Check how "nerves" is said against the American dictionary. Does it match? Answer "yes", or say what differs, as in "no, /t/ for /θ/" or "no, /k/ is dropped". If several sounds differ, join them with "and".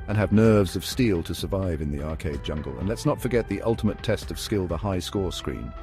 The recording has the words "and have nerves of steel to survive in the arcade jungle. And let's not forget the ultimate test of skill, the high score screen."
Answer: yes